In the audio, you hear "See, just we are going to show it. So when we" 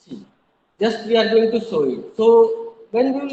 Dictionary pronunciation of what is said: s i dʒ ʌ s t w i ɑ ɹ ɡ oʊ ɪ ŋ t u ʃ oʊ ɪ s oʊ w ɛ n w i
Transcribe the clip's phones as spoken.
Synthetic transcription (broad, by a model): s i dʒ ʌ s t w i ɑ ɹ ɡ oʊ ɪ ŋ t u s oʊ ɪ s oʊ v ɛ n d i